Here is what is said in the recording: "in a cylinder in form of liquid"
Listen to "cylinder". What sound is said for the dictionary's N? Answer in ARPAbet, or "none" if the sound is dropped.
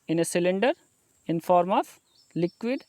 N